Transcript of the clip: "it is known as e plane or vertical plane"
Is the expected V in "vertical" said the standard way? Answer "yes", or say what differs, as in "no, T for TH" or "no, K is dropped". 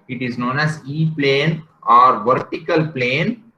yes